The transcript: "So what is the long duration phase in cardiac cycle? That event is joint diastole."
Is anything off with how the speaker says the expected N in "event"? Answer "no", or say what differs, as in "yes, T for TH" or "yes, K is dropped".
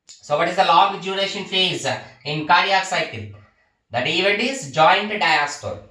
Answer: yes, N is dropped